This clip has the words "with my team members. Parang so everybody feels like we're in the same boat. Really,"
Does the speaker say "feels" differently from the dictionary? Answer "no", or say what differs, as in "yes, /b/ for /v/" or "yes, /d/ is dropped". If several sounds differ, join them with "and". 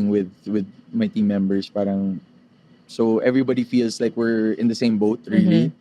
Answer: yes, /s/ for /z/